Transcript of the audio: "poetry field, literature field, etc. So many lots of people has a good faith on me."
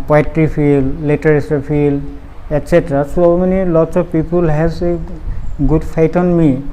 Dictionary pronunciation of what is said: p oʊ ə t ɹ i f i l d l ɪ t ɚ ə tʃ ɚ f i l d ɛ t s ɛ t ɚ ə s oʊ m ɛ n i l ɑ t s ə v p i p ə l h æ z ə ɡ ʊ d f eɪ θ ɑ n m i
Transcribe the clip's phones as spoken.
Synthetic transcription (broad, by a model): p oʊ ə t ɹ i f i l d l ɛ t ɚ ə s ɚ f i l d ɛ t s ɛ t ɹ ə s oʊ m ɛ n i l ɑ t s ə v p i p ə l h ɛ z ə ɡ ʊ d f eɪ t ɑ n m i